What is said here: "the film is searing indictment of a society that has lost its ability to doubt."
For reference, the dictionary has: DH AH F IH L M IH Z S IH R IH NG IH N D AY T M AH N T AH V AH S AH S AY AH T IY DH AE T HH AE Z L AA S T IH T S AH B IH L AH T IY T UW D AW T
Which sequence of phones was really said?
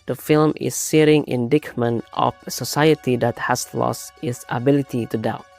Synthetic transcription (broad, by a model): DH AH F IH L M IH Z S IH R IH NG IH N D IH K M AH N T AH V AH S AH S AY AH T IY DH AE T HH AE S L AA S T IH T S AH B IH L AH T IY T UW D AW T